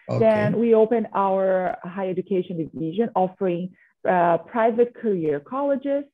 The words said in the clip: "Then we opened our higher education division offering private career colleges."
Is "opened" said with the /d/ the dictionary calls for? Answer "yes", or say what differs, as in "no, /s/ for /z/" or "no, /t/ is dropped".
no, /d/ is dropped